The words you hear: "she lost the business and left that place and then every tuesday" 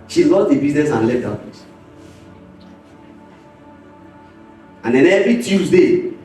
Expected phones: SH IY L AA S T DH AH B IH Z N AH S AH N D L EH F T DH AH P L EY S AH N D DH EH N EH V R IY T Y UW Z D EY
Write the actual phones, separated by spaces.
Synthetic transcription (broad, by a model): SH IY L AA T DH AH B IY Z N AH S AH N L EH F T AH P EY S AH N D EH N EH V R IY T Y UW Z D EY